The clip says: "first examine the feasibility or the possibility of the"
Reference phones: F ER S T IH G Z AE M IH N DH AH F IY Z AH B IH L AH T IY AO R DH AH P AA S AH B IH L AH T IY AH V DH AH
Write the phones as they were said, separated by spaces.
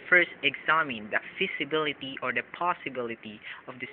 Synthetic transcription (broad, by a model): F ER S T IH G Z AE M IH N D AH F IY S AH B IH L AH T IY AO R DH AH P AA S AH B IH L AH T IY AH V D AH